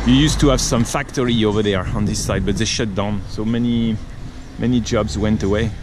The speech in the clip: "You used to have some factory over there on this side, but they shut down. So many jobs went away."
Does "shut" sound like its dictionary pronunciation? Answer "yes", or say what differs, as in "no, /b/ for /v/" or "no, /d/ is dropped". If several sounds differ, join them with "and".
yes